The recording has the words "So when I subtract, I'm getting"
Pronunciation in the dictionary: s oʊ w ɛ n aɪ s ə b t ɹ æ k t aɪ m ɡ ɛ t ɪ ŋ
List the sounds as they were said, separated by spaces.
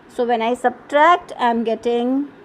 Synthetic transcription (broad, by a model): s oʊ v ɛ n aɪ s ə b t ɹ æ k t aɪ m ɡ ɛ t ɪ ŋ